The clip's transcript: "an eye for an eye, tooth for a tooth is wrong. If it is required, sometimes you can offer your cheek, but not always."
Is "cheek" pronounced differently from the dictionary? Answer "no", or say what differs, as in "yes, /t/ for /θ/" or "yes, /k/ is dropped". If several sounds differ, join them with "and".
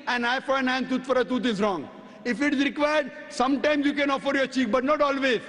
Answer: no